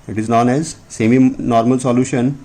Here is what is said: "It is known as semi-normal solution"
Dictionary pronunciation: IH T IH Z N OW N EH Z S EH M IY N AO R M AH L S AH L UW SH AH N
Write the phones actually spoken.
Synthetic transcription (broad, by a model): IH T IH Z N OW N EH Z S EH M IY N AO R M AH L S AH L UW SH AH N